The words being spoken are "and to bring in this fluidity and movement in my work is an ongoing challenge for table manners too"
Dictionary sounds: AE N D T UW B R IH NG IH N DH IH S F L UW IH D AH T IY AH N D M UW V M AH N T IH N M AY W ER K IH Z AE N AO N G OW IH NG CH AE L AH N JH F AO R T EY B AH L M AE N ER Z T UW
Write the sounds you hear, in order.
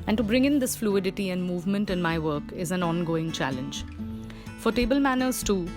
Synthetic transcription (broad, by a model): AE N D T UW B R IH NG IH N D IH S F L UW IH D AH T IY AH N D M UW V M AH N T IH N M AY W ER K IH Z AE N AO N G OW IH NG CH AE L AH N JH F AO R T EY B AH L M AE N ER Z T UW